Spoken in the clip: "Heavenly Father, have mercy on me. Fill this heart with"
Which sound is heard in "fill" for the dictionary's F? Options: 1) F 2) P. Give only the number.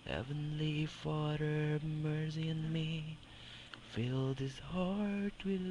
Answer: 1